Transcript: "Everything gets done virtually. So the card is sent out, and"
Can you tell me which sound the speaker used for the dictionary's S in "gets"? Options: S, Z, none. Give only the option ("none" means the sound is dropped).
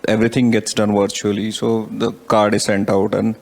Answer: S